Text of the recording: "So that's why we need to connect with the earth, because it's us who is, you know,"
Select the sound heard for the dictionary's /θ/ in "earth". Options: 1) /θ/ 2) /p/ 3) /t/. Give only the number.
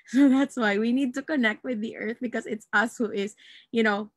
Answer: 1